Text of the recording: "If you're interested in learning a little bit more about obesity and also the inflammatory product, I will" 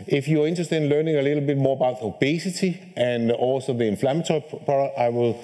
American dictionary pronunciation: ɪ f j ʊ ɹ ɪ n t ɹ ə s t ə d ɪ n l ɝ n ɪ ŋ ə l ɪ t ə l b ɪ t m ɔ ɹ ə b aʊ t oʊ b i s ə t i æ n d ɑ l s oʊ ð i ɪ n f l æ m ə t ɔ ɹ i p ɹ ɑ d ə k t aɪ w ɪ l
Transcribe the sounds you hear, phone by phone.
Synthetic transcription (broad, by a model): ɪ f j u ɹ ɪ n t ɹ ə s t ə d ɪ n l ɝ n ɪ ŋ ə l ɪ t l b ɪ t m ɔ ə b aʊ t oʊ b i s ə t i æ n ɑ l s oʊ ð i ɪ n f l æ m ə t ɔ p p ɑ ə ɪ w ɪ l